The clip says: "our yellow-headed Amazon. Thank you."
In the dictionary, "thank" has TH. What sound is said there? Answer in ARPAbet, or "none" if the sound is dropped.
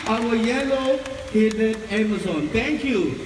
T